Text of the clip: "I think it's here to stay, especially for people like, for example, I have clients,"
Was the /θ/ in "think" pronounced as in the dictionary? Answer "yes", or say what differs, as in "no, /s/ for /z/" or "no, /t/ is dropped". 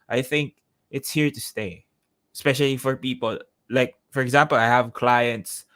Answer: yes